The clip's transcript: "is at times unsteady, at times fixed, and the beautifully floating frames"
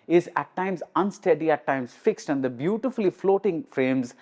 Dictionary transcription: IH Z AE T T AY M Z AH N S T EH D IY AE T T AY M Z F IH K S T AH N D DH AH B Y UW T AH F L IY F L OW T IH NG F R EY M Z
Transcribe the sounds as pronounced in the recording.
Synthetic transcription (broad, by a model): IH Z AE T T AY M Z AH N S T EH D IY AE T T AY M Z F IH K S T AH N D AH B Y UW T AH F L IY F L OW T IH NG F R EY M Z